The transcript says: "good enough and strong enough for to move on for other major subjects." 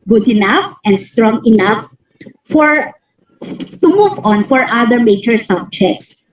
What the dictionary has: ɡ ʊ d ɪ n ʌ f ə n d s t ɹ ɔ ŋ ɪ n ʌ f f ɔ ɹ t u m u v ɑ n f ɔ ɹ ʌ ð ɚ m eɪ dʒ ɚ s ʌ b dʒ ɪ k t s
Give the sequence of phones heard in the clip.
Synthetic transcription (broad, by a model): ɡ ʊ d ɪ n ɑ f ə n d s t ɹ ɔ ŋ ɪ n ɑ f f ɔ ɹ t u m u v ɑ n f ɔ ɹ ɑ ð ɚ m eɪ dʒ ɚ s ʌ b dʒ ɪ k t s